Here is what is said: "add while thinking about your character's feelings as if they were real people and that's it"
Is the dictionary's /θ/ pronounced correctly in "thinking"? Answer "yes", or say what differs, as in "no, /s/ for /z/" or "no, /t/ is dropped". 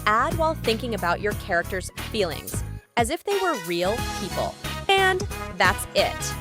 yes